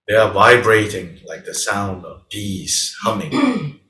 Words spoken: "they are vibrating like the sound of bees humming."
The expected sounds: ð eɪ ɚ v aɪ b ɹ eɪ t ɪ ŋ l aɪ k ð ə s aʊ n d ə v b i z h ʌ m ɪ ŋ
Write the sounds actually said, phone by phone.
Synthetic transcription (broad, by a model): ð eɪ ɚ v aɪ b ɹ eɪ t ɪ ŋ l aɪ k ð ə s aʊ n d ə v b i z h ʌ m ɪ ŋ